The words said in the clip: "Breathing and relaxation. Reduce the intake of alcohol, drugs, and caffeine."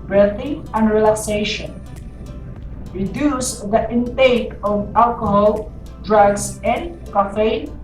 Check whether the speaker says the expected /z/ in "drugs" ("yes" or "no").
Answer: no